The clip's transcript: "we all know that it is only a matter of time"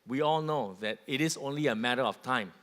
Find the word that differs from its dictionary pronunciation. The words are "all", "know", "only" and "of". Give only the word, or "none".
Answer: of